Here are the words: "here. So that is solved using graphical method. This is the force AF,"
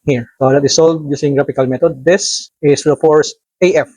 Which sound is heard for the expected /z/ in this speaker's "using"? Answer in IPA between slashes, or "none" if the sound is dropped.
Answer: /s/